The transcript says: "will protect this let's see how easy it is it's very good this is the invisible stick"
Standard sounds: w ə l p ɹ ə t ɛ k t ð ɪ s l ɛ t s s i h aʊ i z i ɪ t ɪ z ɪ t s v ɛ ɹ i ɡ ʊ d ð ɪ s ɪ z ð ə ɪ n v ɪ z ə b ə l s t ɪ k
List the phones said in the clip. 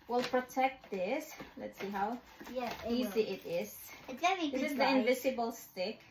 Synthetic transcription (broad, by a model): w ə l p ɹ ə t ɛ k t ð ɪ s l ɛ t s s i h aʊ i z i ɪ t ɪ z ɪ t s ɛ i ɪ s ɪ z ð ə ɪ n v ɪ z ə b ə l s t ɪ k